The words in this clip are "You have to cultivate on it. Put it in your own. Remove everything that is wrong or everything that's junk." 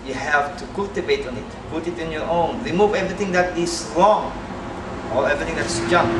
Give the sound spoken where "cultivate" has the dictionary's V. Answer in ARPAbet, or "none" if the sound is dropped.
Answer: B